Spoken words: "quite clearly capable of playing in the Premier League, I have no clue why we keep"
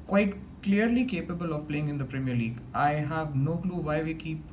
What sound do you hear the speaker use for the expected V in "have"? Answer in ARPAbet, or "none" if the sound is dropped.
V